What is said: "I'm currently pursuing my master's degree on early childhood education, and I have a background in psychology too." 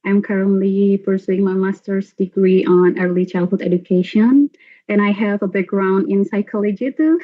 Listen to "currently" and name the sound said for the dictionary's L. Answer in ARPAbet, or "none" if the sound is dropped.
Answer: L